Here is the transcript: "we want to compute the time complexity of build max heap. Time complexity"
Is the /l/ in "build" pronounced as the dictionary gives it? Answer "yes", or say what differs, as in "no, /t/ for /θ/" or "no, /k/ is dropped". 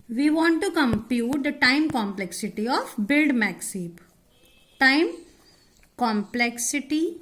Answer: yes